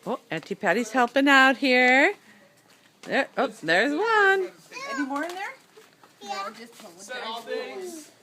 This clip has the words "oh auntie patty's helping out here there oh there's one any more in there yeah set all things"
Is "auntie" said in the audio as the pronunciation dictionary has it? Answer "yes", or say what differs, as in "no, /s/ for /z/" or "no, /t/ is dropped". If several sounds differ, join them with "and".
yes